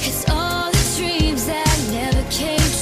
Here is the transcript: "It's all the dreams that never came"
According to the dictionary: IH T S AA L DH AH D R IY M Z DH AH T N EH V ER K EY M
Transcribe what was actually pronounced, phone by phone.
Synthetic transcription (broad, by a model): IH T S AA L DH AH D R IY M Z DH AH T N EH V ER K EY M